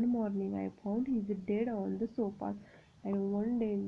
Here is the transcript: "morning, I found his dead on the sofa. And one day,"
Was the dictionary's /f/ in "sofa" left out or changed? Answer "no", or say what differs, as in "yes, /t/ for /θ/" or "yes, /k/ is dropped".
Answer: yes, /p/ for /f/